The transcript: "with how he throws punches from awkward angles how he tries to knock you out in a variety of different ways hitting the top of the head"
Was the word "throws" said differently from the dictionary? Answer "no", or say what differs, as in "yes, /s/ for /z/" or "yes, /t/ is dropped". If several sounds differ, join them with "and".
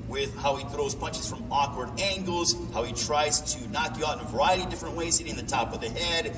no